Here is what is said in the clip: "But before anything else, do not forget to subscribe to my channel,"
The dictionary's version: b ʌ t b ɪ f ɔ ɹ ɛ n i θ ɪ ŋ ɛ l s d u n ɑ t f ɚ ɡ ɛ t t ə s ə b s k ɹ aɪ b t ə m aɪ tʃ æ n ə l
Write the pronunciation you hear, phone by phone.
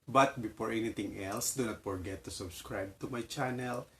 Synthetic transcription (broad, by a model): b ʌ t b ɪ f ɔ ɹ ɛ n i t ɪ ŋ ɛ l s d u n ɑ t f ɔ ɡ ɛ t t ə s ə b s k ɹ aɪ b t ə m aɪ tʃ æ n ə l